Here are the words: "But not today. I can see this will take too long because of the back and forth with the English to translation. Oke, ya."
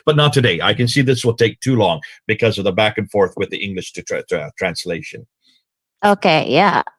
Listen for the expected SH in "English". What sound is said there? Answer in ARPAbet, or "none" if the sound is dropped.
SH